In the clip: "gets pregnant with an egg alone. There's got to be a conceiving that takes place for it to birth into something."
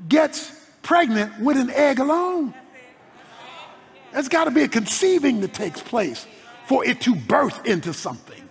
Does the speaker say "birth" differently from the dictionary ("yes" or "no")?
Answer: no